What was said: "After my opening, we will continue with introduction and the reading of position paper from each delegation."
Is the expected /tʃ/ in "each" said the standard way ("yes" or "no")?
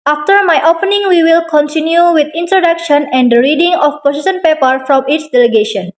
no